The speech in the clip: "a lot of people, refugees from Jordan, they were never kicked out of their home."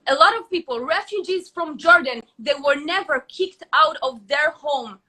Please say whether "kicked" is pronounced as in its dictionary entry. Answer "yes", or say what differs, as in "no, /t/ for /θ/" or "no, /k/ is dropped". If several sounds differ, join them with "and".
yes